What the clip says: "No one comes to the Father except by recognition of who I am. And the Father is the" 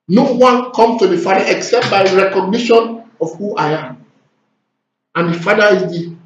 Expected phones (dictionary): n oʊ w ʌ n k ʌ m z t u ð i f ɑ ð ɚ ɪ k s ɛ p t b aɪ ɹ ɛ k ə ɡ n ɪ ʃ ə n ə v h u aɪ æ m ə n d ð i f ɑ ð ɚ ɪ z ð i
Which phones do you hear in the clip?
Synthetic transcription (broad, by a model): n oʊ w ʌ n k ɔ m s t u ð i f ɑ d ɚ ɪ k s ɛ p t b aɪ ɹ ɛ k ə ɡ n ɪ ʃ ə n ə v h u aɪ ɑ m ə n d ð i f ɑ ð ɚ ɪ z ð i